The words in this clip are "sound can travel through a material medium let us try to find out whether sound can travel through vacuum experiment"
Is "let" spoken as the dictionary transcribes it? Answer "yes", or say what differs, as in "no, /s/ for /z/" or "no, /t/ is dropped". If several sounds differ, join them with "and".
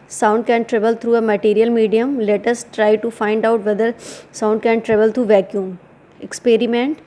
yes